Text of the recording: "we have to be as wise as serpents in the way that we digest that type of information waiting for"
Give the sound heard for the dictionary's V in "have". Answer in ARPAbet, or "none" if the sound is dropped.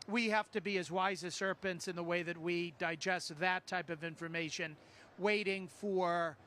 F